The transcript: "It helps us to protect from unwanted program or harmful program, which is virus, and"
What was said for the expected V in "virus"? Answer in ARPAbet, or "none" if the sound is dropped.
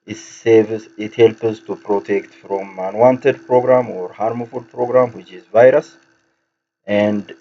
V